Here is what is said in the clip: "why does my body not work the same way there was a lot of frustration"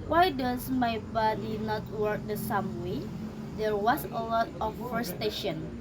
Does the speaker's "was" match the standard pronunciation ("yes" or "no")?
no